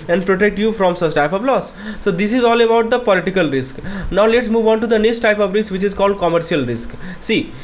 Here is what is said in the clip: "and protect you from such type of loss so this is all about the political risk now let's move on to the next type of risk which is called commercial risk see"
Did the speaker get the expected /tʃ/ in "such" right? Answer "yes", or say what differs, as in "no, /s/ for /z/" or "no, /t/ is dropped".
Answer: no, /s/ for /tʃ/